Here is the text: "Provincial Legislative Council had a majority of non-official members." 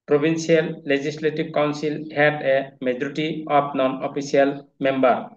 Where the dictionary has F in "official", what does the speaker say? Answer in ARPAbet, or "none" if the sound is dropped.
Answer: P